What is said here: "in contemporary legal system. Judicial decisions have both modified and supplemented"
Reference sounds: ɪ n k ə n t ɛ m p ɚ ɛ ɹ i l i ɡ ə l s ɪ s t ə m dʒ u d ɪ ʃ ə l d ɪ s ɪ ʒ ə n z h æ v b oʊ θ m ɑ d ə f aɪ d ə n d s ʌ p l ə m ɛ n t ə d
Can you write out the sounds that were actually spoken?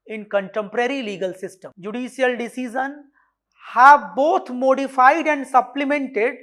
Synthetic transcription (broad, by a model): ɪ n k ə n t ɛ m p ɚ ɛ ɹ i l i ɡ ə l s ɪ s t ə m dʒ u d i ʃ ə l d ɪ s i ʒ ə n h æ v b oʊ t m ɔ d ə f aɪ d ə n d s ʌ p l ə m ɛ n t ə d